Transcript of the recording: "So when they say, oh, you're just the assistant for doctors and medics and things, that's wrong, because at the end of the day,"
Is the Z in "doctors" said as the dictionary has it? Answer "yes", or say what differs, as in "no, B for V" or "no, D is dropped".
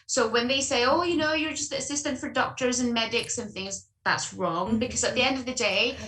yes